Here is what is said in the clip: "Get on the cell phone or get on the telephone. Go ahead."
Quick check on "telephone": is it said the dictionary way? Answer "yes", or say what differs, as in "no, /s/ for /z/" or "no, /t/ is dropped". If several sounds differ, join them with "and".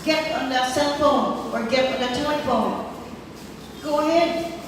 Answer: no, /l/ is dropped